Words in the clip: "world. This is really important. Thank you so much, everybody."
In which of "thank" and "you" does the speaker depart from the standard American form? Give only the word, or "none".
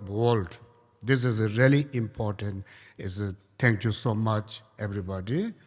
thank